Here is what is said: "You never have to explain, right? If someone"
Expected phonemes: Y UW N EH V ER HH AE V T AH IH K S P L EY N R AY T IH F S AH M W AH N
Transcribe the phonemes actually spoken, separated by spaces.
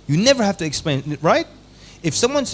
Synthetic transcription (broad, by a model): Y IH N EH V ER HH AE F T IH K S P L EY N R AY T IH F S AH M W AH N